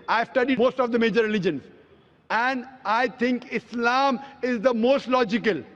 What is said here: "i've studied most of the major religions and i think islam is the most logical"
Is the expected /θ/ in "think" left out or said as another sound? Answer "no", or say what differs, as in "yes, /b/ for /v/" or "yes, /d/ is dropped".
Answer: yes, /t/ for /θ/